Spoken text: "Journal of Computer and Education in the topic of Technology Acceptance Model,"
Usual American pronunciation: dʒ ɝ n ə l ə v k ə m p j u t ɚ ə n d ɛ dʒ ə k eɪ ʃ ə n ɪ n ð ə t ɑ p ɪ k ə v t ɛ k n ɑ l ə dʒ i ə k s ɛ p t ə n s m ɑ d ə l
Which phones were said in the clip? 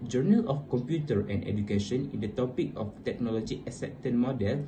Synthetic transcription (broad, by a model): dʒ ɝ n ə l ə f k ə m p j u t ɚ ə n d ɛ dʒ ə k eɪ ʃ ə n ɪ n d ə t ɑ p ɪ k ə f t ɛ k n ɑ l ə dʒ i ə s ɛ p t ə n m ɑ d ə l